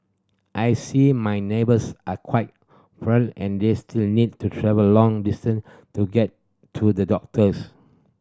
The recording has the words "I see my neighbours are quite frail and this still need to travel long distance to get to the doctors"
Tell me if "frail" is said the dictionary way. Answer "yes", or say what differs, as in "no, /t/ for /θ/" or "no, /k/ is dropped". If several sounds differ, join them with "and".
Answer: no, /n/ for /l/